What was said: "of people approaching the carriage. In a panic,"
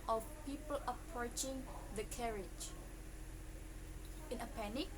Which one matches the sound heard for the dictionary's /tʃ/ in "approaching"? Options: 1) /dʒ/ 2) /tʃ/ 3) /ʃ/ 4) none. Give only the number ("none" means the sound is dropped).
2